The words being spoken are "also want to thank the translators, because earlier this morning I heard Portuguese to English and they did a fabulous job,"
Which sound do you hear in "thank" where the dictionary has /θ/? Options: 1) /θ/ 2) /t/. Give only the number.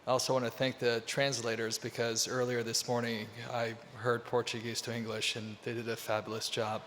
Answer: 1